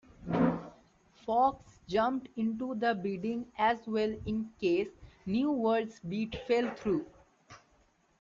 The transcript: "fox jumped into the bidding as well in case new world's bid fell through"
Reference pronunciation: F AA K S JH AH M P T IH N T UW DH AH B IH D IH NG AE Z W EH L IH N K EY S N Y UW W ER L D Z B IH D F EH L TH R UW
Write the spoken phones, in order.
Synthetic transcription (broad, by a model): F AA K S JH AH M P T IH N T UW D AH B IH D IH NG AE Z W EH L IH N K EY S N Y UW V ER D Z B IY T F EH L T R UW